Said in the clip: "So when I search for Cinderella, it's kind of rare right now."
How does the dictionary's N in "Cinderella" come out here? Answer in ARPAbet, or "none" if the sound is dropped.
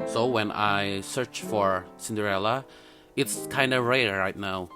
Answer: N